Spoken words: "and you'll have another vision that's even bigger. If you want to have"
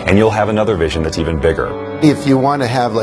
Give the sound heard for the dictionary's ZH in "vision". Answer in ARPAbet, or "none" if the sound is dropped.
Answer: ZH